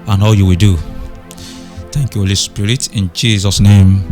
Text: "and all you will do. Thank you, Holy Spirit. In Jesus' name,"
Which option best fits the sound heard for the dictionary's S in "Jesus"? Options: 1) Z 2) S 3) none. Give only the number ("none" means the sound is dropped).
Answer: 2